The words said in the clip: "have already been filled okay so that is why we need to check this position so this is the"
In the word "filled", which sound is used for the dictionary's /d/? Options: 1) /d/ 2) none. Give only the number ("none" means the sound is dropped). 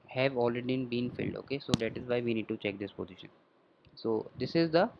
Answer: 1